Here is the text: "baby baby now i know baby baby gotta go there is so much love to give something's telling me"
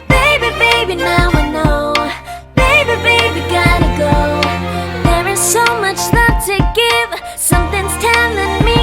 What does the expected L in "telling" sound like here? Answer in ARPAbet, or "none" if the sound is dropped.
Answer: N